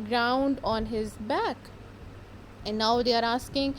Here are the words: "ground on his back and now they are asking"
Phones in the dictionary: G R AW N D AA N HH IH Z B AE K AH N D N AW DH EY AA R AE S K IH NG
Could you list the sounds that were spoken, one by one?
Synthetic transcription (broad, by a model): G R AW N D AA N HH IH Z B AE K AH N N AW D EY AA R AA S K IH NG